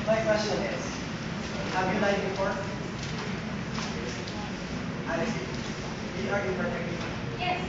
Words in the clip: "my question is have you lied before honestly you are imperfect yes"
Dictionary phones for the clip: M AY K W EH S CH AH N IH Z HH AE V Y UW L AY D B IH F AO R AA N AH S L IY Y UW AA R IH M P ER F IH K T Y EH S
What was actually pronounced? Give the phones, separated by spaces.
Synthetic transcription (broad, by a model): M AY K W EH S CH AH N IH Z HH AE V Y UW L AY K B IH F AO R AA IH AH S IY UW AA R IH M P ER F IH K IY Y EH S